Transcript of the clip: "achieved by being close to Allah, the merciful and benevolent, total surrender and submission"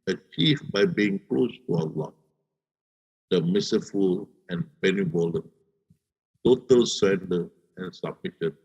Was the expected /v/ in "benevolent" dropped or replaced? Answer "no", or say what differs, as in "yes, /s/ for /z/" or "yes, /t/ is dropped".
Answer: yes, /b/ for /v/